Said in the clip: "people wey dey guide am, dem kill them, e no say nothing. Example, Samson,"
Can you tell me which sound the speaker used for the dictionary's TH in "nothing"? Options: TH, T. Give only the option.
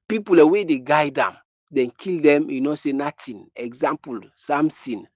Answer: T